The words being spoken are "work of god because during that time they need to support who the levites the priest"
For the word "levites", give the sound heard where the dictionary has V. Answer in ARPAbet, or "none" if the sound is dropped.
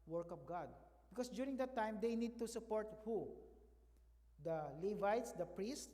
V